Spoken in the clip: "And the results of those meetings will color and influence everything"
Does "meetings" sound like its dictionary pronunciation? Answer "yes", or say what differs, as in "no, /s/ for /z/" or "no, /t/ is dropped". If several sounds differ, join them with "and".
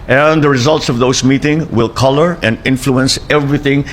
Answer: no, /z/ is dropped